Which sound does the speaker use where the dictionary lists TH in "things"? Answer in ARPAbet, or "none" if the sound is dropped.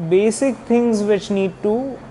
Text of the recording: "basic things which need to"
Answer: T